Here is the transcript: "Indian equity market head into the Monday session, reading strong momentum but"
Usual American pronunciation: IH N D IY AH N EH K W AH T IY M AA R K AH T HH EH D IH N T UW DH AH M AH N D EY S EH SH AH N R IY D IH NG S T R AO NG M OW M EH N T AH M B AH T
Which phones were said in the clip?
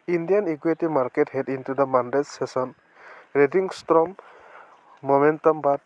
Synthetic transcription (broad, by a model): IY N D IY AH N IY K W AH T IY M AA R K AH T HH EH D IH N T UW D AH M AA N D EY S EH S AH N R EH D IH NG S T R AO M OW M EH N T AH M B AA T